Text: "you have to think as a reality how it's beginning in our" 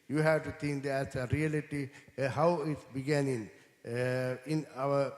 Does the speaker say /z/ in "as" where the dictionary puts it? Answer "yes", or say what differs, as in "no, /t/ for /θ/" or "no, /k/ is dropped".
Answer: no, /s/ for /z/